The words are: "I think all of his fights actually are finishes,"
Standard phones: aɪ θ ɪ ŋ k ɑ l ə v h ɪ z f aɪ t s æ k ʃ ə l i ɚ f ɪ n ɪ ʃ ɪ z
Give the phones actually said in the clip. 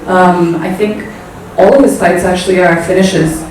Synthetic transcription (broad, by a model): aɪ θ ɪ ŋ k ɑ l ə v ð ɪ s aɪ t s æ k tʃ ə l i ɚ f ɪ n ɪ ʃ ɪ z